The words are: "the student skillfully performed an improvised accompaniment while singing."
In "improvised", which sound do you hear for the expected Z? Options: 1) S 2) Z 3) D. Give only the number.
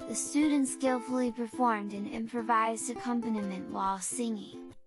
2